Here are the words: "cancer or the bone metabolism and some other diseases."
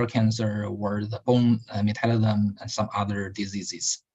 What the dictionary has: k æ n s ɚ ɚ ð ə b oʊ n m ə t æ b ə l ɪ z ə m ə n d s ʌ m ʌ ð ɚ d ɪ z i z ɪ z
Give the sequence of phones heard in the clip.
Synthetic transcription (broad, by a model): k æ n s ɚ ɚ ð ə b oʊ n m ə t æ ə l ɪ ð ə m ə n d s ʌ m ʌ ð ɚ d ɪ z i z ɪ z